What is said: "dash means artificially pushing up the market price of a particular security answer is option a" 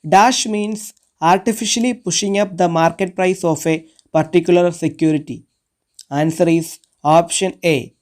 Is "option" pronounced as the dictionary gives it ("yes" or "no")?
yes